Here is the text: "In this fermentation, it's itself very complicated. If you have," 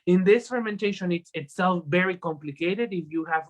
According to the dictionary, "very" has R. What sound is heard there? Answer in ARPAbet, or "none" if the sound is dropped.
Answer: R